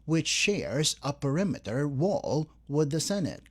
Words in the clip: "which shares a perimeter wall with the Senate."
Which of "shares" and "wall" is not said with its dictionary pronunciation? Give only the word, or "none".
none